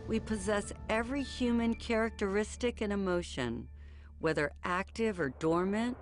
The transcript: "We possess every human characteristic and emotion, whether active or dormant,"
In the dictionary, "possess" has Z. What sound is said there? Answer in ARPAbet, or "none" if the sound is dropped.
Z